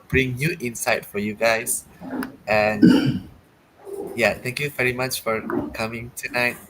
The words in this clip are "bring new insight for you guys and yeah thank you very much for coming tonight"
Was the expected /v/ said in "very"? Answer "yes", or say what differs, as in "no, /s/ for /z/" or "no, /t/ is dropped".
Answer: yes